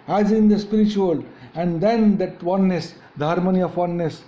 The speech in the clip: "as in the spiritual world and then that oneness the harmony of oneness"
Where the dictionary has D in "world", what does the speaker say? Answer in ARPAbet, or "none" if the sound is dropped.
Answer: none